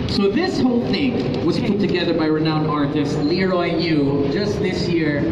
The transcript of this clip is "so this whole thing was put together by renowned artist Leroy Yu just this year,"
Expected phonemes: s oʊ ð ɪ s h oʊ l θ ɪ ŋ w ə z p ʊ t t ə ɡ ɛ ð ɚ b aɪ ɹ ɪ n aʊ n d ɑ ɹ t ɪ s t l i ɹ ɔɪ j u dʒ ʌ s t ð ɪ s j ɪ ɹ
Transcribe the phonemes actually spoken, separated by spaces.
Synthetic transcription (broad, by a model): s oʊ ð ɪ s h oʊ l θ ɪ ŋ w ə z p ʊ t t ə ɡ ɛ ð ɚ b aɪ ɹ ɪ n aʊ n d ɑ ɹ t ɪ s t l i ɹ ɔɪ j u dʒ ʌ s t ð ɪ s j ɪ ɹ